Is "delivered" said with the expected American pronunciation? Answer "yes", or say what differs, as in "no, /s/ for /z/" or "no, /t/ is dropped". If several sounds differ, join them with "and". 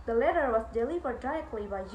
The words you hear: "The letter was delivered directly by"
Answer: no, /p/ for /v/